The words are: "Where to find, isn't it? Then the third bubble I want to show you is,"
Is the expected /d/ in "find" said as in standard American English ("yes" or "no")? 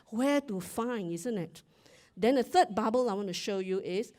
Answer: no